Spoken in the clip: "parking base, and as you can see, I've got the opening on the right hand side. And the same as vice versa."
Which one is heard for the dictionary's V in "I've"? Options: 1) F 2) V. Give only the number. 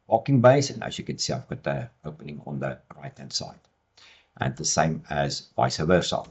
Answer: 1